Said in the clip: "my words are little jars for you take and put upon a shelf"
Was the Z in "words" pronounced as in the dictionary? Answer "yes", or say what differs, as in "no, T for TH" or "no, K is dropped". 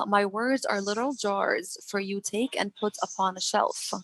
yes